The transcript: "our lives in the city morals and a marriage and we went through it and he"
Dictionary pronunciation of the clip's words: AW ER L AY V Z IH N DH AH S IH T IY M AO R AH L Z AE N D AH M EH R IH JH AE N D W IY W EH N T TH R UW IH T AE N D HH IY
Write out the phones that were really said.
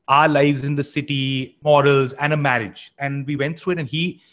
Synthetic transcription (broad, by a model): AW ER L AY V Z IH N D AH S IH T IY M AO R AH L Z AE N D AH M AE R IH JH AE N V IY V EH N T T R UW IH T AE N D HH IY